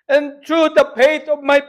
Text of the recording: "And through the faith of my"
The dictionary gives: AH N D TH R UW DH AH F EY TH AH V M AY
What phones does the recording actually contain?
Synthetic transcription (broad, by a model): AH N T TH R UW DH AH P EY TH AH V M AY